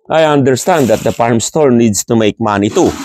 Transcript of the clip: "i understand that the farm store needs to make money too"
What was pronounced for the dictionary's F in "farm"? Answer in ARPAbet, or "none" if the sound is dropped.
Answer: P